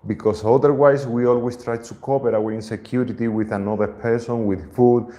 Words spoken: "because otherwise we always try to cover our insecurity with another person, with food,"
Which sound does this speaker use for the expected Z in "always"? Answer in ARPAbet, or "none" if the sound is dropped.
S